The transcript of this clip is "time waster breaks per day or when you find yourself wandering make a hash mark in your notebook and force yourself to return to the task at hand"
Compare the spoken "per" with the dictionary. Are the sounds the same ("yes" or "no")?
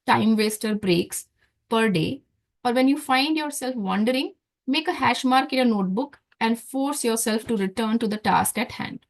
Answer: yes